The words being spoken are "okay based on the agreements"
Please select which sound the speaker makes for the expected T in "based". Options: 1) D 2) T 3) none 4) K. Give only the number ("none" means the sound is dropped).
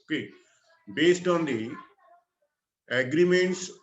2